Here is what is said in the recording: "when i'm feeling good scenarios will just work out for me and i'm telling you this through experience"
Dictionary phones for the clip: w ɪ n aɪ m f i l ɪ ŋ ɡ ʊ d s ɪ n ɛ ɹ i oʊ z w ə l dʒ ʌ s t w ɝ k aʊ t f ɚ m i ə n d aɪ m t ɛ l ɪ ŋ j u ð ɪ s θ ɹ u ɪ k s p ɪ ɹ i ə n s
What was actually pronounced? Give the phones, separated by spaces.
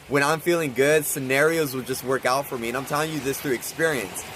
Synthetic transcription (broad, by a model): w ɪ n aɪ m f i l ɪ ŋ ɡ ʊ d s ɪ n ɛ ɹ i oʊ z w ə l dʒ ʌ s t w ɝ k aʊ t f ɚ m i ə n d aɪ m t ɛ l ɪ ŋ j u ð ɪ s θ ɹ u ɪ k s p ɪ ɹ i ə n s